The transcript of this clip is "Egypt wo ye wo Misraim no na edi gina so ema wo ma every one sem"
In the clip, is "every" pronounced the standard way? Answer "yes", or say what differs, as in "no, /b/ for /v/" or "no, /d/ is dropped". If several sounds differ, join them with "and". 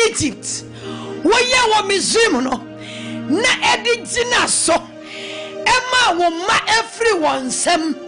no, /f/ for /v/